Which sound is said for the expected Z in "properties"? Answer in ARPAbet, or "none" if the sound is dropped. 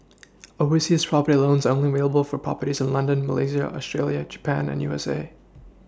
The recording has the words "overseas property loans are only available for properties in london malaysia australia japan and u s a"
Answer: Z